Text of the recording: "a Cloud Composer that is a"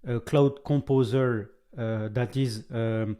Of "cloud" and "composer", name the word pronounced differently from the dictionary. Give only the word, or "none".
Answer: none